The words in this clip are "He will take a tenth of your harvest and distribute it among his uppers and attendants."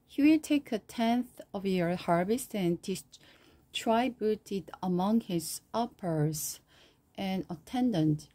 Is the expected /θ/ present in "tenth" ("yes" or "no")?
yes